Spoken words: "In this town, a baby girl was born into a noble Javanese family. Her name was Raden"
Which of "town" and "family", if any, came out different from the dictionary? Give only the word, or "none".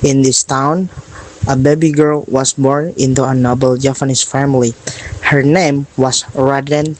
none